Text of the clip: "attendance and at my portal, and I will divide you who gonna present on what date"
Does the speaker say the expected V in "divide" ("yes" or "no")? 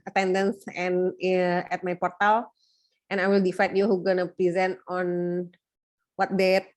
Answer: no